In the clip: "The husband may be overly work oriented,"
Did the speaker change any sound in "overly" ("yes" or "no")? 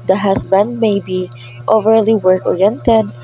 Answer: no